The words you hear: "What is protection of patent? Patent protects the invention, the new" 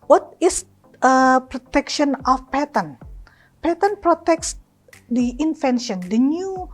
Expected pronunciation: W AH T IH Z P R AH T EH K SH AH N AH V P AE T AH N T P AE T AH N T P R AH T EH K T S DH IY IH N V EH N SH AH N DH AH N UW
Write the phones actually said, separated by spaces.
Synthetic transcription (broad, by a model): W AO T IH S P R AH T EH K SH AH N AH F P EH T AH N P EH T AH N P R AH T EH K S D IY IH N F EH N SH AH N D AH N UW